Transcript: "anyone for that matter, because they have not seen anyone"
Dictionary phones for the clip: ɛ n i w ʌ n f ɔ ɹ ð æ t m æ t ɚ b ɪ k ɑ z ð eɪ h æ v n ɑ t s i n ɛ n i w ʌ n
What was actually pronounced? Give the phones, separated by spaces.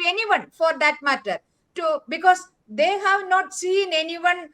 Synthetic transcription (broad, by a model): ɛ n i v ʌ n f ɔ ɹ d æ t m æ t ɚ b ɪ k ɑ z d eɪ h æ v n ɑ t s i n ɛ n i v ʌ n